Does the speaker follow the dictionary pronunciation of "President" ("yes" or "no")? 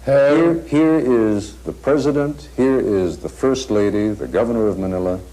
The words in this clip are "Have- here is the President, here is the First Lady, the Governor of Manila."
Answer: yes